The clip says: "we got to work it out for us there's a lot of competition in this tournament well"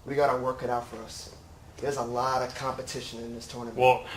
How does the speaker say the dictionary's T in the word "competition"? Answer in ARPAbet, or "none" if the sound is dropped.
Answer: T